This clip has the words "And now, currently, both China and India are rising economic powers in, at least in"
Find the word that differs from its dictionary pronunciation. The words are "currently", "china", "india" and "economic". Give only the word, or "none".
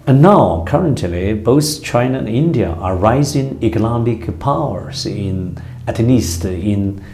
economic